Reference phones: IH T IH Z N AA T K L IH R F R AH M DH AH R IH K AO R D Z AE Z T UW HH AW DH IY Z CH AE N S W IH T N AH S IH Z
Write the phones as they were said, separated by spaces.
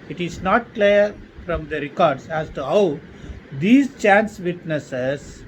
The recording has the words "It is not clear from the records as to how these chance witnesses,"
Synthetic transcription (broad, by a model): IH T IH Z N AA T K L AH R F R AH M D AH R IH K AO R D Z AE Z T UW HH AW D IY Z CH AE N S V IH T N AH S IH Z